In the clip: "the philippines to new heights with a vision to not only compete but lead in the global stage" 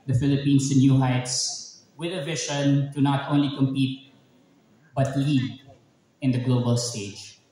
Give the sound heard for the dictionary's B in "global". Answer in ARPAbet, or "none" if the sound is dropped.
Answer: B